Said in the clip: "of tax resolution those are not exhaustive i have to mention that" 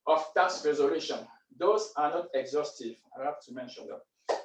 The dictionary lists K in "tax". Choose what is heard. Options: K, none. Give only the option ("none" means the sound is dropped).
none